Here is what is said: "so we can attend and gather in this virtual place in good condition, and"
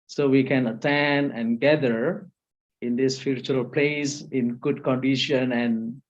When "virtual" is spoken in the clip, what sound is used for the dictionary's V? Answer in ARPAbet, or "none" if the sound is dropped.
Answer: F